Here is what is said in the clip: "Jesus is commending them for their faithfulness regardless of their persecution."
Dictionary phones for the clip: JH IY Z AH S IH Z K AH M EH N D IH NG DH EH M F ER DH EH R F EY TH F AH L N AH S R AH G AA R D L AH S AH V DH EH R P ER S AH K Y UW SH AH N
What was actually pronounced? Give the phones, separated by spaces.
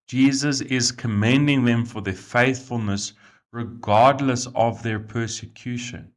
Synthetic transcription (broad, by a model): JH IY Z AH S IH Z K AH M EH N D IH NG DH EH M F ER DH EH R F EY TH F AH L N AH S R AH G AA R D L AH S AH V DH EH R P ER S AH K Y UW SH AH N